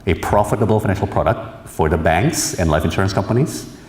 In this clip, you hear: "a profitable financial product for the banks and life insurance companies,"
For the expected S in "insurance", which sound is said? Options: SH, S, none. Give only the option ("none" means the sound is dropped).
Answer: S